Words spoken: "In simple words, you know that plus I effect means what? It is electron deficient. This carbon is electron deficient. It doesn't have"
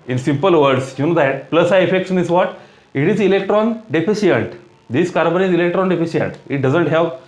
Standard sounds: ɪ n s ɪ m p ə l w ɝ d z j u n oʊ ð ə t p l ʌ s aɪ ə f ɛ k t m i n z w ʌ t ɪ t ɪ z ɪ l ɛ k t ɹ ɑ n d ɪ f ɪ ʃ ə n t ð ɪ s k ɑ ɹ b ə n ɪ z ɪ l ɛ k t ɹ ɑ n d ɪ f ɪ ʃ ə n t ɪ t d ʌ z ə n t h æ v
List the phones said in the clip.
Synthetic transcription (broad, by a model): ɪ n s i m p ə l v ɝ d s j u n oʊ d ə t p l ʌ s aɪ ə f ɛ k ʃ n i z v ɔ t ɪ t ɪ z ɪ l ɛ k t ɹ ɑ n d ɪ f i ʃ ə n t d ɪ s k ɑ ɹ b ə n ɪ z ɪ l ɛ k t ɹ ɑ n d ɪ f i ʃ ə n t ɪ t d ʌ z ə n t h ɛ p